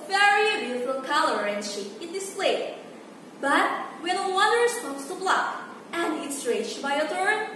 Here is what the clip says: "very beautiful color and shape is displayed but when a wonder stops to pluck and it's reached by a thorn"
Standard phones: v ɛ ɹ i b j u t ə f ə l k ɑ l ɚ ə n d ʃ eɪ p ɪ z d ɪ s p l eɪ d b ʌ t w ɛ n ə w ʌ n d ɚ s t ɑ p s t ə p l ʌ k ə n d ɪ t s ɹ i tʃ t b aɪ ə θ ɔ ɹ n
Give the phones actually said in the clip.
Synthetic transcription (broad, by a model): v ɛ ɹ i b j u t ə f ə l k ɑ l ɚ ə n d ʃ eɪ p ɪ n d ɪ s p l eɪ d b ʌ t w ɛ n ə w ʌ d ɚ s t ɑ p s t ə b l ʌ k ə n d ɪ t s ɹ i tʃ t b aɪ ə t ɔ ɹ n